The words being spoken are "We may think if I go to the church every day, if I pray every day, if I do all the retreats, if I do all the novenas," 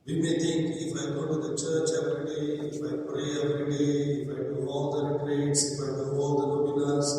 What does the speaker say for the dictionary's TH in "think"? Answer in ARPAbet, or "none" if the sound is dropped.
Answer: T